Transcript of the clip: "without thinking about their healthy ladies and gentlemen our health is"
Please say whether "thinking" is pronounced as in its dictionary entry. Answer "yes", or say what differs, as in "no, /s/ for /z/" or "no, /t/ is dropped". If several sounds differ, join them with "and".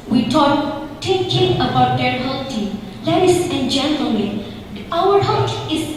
no, /t/ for /θ/ and /ŋ/ is dropped